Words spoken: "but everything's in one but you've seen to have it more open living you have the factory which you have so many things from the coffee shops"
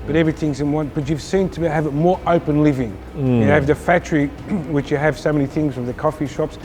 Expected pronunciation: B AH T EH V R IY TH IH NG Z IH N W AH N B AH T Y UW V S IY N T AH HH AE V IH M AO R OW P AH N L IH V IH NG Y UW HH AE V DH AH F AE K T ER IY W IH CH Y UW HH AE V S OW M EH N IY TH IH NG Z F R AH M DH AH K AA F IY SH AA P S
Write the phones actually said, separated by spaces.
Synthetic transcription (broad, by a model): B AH T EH V R IY TH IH NG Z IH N W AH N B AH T Y UW V S IY N T AH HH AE V IH M AO R OW P AH N L IH V IH NG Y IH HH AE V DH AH F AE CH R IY W IH CH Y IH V S OW M EH N IY TH IH NG Z F R AH M DH AH K AA F IY SH AA P S